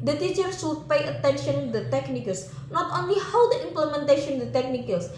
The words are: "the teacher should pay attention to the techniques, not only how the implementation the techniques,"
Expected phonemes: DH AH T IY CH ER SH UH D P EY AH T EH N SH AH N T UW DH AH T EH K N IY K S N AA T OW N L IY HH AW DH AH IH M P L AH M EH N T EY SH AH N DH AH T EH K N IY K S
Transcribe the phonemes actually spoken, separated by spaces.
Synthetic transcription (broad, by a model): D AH T IY CH ER S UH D P EY AH T EH N SH AH N T UW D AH T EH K N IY K S N AA T OW N L IY HH AW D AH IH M P L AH M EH N T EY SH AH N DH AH T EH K N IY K S